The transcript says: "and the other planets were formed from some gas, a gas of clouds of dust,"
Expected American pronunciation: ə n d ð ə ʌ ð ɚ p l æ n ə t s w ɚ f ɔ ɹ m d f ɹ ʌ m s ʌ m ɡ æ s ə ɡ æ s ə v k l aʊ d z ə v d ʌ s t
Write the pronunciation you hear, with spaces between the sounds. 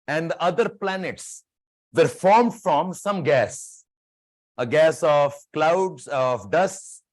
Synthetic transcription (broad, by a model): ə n d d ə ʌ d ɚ p l æ n ə t s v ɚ f ɔ ɹ m d f ɹ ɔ m s ʌ m ɡ æ s ə ɡ æ s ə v k l aʊ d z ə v d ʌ s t